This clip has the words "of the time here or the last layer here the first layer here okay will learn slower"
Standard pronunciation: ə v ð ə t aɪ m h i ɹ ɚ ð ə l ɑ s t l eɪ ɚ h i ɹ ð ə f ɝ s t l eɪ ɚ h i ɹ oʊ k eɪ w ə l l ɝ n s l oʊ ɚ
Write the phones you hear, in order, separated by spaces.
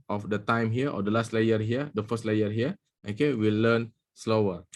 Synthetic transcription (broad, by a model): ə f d ə t aɪ m h i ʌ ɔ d ə l ɑ s t l eɪ ɚ h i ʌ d ə f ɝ s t l eɪ ɚ h i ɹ oʊ k eɪ w ə l l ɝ n s l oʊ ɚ